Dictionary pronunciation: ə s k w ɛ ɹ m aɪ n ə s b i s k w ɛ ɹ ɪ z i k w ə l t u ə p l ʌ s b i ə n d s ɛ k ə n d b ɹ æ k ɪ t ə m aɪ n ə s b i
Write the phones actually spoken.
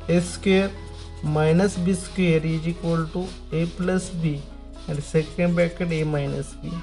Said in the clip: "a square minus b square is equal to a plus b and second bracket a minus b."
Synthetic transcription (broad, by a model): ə s k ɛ ɹ m aɪ n ə s b i s k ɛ ɹ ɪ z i k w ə l t u ə p l ʌ s b i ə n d s ɛ k ə n d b ɛ k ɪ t ə m aɪ n ə s b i